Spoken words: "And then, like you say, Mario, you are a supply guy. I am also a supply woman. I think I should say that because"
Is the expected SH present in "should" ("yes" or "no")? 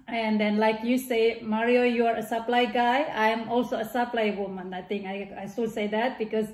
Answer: no